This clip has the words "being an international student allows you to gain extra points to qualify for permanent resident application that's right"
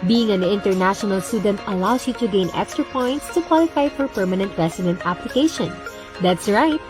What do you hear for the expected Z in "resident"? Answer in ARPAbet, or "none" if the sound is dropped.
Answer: S